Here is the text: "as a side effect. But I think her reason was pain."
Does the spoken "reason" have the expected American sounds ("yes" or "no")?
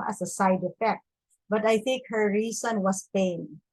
no